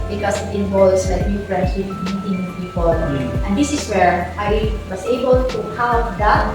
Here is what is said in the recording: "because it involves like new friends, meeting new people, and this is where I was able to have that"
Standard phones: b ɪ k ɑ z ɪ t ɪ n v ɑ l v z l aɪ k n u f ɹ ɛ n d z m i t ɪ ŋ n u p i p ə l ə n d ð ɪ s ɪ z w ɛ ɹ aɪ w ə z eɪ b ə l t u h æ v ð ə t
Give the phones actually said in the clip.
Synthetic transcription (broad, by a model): b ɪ k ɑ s ɪ t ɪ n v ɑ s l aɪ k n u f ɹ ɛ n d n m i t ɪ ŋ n p i p ə l ə n d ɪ s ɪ s w ɛ ɹ aɪ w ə s eɪ b ə l t u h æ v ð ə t